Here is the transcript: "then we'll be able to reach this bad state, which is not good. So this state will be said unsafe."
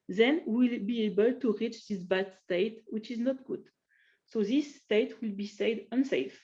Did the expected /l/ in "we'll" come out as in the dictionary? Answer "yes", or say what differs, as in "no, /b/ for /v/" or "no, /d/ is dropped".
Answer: yes